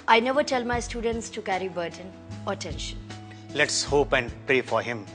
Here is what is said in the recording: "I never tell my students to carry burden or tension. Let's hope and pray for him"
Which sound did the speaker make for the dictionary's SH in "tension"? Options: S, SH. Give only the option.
SH